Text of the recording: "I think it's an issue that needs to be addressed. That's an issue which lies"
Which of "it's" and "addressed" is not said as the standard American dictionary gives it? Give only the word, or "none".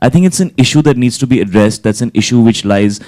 none